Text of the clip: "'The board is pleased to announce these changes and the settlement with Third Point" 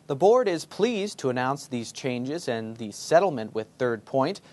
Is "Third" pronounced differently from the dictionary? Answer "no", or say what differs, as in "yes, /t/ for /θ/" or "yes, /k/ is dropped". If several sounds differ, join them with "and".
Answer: no